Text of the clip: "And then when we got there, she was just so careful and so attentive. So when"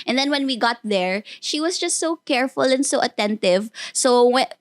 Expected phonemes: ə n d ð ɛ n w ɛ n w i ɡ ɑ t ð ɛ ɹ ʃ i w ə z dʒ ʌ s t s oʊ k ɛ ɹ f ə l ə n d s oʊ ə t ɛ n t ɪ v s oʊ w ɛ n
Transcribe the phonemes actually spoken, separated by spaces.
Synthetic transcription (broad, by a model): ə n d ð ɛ n w ɛ n w i ɡ ɑ t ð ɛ ɹ ʃ i w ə s dʒ ʌ s t s oʊ k ɛ ɹ f ə l ə n d s oʊ ə t ɛ n t ɪ v s oʊ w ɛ